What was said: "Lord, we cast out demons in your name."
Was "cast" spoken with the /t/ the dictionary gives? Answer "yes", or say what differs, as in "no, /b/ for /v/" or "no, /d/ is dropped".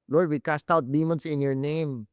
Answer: yes